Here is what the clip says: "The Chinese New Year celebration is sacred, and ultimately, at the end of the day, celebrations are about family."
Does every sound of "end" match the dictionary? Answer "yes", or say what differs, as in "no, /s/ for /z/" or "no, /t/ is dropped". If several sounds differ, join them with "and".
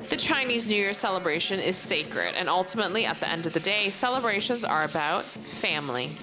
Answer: yes